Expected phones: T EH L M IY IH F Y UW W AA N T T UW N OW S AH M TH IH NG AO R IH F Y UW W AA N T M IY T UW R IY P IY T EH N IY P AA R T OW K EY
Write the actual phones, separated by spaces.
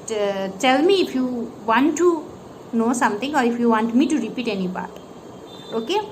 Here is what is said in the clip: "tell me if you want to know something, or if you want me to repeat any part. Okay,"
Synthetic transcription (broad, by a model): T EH L M IY IH F Y UW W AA N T T UW N OW S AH M T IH NG AO R IH F Y UW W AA N T M IY T UW R IY P IY T EH N IY B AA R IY OW K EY